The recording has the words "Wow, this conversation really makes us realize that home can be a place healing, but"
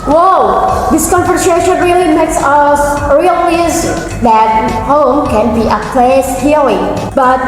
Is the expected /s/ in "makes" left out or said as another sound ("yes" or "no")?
no